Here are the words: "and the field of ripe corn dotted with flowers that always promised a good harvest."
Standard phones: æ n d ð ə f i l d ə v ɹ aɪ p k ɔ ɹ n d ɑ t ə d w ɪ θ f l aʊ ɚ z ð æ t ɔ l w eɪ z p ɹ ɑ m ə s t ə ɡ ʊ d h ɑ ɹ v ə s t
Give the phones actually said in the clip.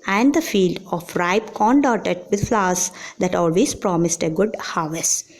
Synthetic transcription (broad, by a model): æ n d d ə f i l d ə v ɹ aɪ p k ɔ n d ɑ t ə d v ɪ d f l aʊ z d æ t ɔ l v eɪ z p ɹ ɑ m ə s t ə ɡ ʊ d h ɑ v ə s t